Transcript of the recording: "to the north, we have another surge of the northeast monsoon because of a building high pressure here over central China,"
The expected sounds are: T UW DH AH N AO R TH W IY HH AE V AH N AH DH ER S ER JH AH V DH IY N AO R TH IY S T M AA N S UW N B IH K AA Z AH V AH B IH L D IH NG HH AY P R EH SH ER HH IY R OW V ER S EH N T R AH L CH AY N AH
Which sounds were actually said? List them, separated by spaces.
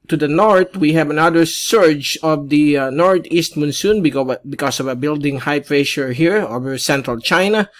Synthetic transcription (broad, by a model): T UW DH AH N AO R T W IY HH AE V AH N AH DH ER S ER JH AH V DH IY N AO R T IY S T M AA N S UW N B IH K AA S AH V AH B IH L D IH NG HH AY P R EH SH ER HH IY R OW V ER S EH N T R AH L CH AY N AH